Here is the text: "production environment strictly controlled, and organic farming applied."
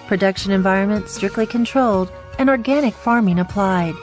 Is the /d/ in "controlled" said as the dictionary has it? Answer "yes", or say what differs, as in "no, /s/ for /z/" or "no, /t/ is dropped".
yes